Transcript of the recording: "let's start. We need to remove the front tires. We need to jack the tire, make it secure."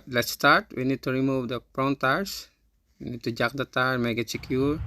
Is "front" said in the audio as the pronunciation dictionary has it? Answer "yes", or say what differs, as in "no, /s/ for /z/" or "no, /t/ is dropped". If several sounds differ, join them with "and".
no, /p/ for /f/